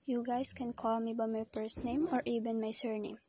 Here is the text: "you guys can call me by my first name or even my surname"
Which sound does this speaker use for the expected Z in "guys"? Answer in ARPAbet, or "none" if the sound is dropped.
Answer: S